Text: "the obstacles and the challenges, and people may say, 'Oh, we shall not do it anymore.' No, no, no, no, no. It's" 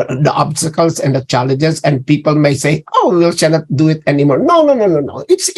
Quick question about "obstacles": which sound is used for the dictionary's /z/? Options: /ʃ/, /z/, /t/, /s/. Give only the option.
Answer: /s/